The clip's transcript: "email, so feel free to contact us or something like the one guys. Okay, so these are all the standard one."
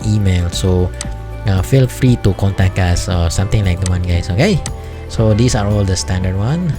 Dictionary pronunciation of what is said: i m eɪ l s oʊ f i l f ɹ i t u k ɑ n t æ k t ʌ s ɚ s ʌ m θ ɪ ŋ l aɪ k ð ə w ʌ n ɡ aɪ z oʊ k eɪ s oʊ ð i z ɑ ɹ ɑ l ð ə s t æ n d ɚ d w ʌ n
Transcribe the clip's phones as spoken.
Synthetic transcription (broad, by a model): i m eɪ l s oʊ f i l f ɹ i t u k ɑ n t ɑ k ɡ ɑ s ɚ s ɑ m t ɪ ŋ l aɪ k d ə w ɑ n ɡ aɪ s oʊ k eɪ s oʊ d i s ɑ ɹ ɑ l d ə s t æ n d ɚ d w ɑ n